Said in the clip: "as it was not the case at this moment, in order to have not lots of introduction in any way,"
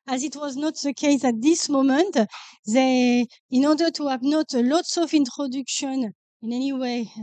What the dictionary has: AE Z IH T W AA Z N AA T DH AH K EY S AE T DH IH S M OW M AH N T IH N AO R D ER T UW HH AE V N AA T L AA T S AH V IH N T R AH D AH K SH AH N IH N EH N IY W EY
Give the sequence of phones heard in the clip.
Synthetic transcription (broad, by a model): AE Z IH T W AA Z N AA T DH AH K EY S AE T DH IH S M OW M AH N T IH N AO R D ER T UW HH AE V N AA T L AA T S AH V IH N T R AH D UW K SH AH N IH N EH N IY W EY